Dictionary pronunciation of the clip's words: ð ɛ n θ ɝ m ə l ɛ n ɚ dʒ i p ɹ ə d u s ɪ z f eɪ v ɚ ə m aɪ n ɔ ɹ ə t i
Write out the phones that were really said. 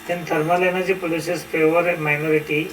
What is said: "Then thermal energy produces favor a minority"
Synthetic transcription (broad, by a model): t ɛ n t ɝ m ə l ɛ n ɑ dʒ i p ə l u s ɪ s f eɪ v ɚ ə m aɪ n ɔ ɹ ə t i